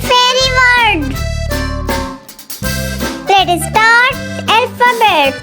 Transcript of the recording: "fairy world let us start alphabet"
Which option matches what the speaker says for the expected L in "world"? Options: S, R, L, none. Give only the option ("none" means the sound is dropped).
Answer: none